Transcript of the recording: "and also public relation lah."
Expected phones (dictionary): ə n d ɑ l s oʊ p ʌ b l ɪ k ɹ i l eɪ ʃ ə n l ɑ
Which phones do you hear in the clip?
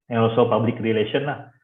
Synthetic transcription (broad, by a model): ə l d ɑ s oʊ p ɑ b l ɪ k ɹ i l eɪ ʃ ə n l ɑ